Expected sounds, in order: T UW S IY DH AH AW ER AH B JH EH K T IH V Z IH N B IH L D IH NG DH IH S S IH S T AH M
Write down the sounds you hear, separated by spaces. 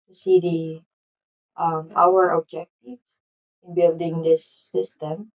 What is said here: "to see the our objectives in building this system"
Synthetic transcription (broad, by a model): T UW S IY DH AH AW ER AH JH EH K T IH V IH N B IH L D IH NG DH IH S S IH S T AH M